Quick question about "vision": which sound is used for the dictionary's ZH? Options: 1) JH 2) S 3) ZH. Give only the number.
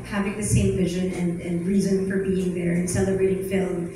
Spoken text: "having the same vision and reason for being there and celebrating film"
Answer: 3